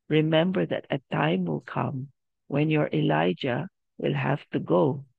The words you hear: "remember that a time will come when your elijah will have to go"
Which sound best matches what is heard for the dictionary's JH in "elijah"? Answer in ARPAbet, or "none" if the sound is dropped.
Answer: JH